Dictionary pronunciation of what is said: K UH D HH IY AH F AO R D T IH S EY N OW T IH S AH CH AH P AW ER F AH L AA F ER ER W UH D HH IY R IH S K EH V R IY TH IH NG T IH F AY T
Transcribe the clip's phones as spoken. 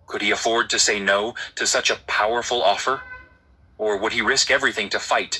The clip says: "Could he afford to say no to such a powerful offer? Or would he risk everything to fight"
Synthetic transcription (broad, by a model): K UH D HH IY AH F AO R D T IH S EY N OW T IH S AH CH AH P AW ER F L AA F ER ER W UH D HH IY R IH S K EH V R IY TH IH NG T IH F AY T